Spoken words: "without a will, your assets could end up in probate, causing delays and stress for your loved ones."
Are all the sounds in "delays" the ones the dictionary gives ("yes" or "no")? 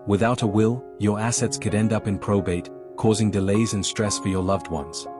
yes